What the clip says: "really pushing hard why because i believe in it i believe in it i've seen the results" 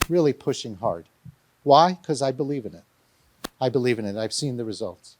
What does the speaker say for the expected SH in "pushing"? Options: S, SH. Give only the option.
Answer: SH